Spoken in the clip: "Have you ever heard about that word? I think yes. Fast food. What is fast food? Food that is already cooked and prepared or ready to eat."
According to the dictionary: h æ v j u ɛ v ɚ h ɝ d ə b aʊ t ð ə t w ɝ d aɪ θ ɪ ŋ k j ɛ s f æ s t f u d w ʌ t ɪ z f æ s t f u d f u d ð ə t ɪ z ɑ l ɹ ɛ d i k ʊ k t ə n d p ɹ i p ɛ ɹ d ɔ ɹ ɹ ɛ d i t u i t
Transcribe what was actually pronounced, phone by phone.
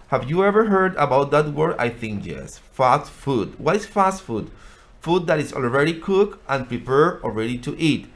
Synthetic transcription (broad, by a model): h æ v j u ɛ v ɚ h ɝ d ə b aʊ t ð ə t w ɝ d aɪ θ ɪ ŋ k j ɛ s f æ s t f u d w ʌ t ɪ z f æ s t f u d f u d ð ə t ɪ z ɑ l ɹ ɛ d i k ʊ k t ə n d p ɹ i p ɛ ɹ ɔ l ɹ ɛ d i t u i t